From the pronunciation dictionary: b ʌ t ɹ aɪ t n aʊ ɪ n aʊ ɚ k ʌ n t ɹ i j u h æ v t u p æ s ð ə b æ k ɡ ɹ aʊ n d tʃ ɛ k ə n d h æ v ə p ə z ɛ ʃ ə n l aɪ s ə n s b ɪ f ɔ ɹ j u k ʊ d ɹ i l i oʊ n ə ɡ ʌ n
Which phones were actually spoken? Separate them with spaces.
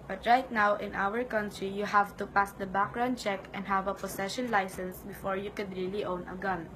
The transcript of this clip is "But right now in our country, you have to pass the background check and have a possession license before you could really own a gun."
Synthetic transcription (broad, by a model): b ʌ t ɹ aɪ t n aʊ ɪ n aʊ ɚ k ʌ n t ɹ i j u h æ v t u p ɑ s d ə b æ k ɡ ɹ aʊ n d tʃ ɛ k ə n d h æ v ə p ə s ɛ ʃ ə n l aɪ s ə n s b ɪ f ɔ ɹ j u k ʊ d ɹ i l i oʊ n ə ɡ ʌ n